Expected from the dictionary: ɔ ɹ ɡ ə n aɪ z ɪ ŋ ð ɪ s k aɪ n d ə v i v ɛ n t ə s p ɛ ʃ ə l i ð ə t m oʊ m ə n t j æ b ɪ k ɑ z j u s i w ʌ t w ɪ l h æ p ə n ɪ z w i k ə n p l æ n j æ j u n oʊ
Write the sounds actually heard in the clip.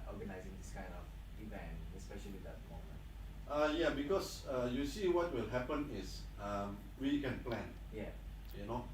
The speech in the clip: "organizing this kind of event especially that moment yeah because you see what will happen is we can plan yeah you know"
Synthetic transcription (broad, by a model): ɔ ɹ ɡ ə n aɪ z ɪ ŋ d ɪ s k aɪ n d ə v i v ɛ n ə s p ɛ ʃ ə l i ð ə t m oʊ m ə n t j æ b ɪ k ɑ s j u s i w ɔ t w ɪ l h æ p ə n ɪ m w i k ə n p l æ n j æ j u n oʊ